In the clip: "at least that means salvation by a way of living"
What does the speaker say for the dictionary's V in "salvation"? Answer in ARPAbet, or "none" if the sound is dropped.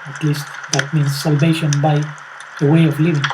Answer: V